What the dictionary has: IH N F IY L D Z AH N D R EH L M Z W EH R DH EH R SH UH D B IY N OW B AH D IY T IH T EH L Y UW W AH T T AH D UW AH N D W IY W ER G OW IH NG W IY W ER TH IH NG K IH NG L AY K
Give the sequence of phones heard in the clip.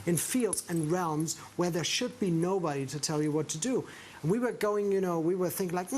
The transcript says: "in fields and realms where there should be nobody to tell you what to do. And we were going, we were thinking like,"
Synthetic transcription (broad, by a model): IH N F IY L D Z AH N R EH L M Z W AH R DH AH R SH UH D B IY N OW B AH D IY T IH T EH L Y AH W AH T T AH D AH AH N W IY W ER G OW IH NG W IY W ER TH IH NG K IH NG L AY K